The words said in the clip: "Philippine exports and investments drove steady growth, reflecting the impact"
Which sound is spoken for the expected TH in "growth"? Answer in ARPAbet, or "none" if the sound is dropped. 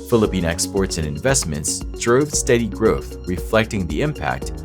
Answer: TH